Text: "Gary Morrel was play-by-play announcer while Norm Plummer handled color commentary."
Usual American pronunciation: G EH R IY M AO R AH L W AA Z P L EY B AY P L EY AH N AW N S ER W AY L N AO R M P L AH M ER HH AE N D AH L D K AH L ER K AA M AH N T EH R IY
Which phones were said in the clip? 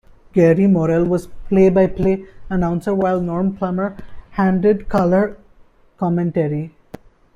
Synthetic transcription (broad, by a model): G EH R IY M AO R AH L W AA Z P L EY B AY P L EY AH N AW N S ER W AY L N AO R M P L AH M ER HH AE N D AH D K AH L ER K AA M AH N T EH R IY